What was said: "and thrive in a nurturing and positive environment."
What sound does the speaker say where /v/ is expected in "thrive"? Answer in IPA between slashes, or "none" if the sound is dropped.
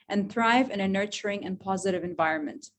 /v/